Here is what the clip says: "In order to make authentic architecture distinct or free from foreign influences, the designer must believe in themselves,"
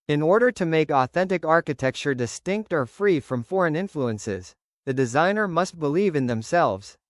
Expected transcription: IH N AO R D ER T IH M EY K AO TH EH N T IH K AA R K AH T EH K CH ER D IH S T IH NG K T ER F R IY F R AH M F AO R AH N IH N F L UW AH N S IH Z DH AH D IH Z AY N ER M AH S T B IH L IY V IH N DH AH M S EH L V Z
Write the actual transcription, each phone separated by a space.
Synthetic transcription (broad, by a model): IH N AO R D ER T IH M EY K AO TH EH N T IH K AA R K AH T EH K CH ER D IH S T IH NG K T ER F R IY F R AH M F AO R AH N IH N F L UW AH N S IH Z DH AH D IH Z AY N ER M AH S T B IH L IY V IH N DH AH M S EH L V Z